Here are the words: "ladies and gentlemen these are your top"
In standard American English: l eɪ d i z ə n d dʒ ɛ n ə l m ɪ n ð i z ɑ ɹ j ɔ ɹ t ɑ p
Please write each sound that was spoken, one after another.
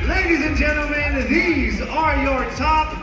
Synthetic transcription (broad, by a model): l eɪ d i z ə n dʒ ɛ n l m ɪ n ð i z ɑ ɹ j ɔ ɹ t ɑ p